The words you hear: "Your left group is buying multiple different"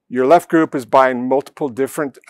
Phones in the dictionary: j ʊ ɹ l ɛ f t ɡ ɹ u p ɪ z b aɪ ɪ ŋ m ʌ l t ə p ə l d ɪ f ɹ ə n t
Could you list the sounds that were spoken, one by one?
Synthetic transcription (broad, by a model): j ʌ ɹ l ɛ f t ɡ ɹ u p ɪ z b aɪ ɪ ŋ m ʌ l t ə p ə l d ɪ f ɹ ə n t